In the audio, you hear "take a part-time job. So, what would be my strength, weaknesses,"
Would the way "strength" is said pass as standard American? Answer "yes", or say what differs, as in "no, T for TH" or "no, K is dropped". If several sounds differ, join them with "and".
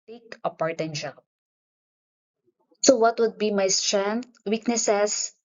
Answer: no, T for TH